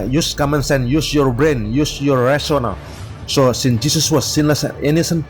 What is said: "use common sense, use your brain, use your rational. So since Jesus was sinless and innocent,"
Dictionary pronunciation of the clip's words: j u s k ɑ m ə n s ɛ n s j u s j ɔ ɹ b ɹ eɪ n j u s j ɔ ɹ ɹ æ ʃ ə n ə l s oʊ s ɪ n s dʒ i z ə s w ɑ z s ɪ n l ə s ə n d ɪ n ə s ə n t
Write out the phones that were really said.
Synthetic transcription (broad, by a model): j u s k ɑ m ə n s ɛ n j u s j ɔ ɹ b ɹ eɪ n j u s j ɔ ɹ ɹ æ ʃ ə n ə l s oʊ s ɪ n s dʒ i s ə s w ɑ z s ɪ n l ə s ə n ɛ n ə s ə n